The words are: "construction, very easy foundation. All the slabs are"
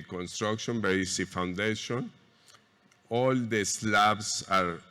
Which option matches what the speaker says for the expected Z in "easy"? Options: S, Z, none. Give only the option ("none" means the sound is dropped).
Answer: S